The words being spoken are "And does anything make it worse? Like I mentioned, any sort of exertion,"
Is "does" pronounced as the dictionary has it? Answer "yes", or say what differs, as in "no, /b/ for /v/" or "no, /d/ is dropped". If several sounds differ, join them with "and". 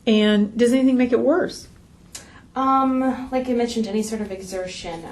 yes